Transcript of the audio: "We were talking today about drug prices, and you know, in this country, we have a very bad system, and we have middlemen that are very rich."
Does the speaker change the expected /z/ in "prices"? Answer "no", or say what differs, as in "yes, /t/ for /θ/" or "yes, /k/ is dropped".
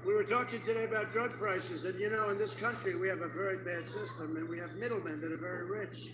no